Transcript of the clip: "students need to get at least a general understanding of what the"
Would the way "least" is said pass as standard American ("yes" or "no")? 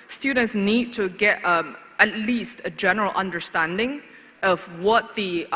yes